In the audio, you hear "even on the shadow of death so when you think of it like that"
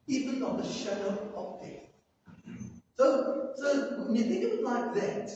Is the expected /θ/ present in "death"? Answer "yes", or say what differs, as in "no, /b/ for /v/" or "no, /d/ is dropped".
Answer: no, /s/ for /θ/